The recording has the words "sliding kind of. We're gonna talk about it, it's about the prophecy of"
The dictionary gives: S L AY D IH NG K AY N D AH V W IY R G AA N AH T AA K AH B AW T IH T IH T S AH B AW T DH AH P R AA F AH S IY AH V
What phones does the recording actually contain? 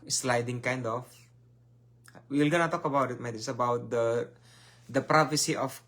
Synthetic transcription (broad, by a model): S L AY D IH NG K AY N D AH F W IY L G AA N AH T AA K AH B AW T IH T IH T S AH B AW T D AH P R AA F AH S IY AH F